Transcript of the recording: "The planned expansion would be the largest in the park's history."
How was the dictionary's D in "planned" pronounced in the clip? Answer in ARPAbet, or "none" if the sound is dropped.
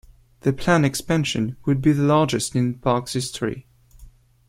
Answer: none